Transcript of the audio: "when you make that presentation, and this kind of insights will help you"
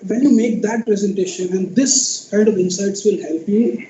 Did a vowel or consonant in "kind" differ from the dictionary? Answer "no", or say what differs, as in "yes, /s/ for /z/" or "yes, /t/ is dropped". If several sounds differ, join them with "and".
yes, /n/ is dropped